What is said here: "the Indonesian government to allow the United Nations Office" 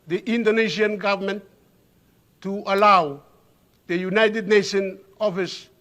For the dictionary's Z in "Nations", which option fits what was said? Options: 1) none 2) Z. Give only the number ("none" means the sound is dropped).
1